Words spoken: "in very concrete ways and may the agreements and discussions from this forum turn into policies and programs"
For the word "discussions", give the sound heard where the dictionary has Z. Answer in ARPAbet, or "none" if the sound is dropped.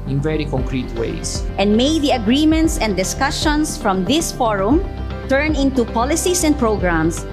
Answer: S